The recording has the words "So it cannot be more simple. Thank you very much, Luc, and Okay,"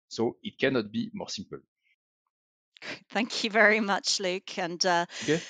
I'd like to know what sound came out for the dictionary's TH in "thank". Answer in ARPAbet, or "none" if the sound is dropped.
TH